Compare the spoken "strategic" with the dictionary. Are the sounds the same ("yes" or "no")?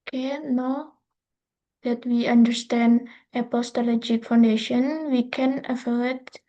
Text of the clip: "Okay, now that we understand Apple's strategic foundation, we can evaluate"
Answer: no